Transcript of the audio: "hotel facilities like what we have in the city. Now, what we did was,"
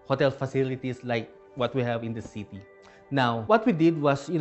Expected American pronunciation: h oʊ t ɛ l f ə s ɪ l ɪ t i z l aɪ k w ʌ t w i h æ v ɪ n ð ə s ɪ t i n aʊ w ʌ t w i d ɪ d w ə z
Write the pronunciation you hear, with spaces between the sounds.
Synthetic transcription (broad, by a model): h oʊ t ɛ l f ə s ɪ l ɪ t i s l aɪ k w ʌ t w i h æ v ɪ n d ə s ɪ t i n aʊ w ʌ t w i d ɪ d w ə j